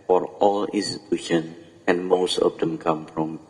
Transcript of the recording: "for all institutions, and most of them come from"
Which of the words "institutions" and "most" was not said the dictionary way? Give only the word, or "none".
institutions